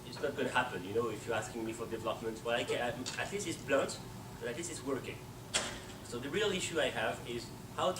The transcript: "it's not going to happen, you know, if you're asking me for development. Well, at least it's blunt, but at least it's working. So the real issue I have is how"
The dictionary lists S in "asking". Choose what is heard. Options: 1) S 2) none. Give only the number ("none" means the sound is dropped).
1